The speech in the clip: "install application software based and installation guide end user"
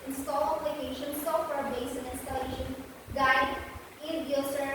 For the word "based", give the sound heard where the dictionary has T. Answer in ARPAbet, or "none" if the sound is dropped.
none